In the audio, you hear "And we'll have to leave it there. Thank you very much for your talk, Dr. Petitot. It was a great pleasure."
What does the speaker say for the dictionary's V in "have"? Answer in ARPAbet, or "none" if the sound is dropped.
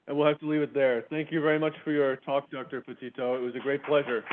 F